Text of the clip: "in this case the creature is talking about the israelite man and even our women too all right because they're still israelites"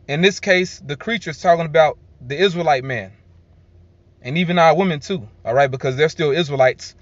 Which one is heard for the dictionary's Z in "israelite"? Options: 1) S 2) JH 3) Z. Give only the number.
3